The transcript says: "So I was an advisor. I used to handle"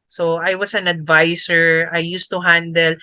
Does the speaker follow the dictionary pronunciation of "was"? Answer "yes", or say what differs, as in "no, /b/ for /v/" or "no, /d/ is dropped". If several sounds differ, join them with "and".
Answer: no, /s/ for /z/